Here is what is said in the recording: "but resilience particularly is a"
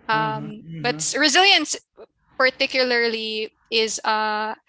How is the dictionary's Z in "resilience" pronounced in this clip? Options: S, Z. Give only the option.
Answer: Z